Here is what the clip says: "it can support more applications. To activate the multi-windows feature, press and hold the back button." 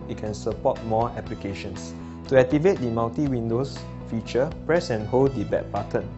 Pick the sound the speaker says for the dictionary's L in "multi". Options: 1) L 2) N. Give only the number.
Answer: 2